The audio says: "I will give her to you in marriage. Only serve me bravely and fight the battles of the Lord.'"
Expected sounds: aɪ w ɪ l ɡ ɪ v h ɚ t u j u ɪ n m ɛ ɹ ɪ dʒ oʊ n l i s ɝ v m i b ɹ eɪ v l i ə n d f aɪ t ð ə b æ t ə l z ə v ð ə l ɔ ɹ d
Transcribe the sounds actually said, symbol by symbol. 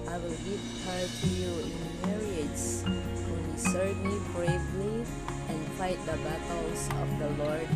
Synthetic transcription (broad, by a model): aɪ w ɪ l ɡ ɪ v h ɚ t u j u ɪ n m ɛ ɹ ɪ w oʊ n i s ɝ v m i b ɹ eɪ v l i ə n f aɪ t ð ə b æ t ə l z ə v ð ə l ɔ ɹ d